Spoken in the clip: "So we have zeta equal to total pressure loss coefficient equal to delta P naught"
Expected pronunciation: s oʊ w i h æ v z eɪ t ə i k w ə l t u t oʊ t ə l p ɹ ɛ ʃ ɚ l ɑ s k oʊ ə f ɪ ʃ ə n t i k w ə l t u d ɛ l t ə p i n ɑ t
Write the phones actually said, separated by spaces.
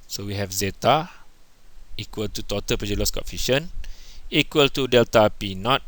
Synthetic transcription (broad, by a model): s oʊ w i h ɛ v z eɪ t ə i k w ə l t u t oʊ t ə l p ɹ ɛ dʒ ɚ l ɑ s k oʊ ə f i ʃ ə n i k w ə l t u d ɛ l t ə p i n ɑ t